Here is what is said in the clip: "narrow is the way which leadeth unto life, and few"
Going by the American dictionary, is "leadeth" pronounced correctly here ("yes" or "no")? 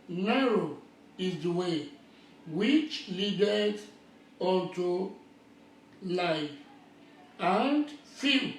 no